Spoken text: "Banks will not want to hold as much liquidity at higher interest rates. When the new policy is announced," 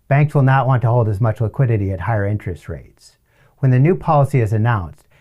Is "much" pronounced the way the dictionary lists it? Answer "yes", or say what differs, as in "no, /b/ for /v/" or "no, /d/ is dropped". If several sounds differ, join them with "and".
yes